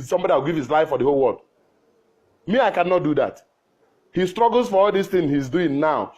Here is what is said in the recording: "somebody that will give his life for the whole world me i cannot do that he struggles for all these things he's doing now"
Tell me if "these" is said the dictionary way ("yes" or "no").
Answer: no